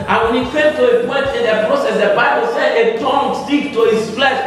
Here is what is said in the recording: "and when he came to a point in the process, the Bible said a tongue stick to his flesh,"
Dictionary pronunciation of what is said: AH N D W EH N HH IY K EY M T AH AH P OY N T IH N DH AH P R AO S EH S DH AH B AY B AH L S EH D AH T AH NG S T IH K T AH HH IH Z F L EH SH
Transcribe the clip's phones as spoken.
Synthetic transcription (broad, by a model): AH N W EH N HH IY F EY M T AH AH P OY T IH N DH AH P R AO S EH S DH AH B AY B AH L S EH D AH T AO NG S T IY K T AH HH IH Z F L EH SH